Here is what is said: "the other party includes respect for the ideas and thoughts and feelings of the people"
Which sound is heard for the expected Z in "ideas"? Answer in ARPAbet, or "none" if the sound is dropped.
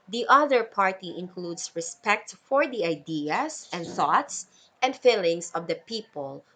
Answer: S